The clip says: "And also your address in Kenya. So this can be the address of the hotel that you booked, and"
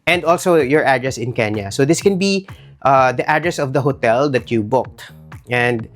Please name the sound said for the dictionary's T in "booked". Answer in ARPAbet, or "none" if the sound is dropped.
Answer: T